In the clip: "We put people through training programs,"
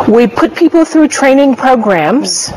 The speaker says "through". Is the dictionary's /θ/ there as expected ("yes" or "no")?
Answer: yes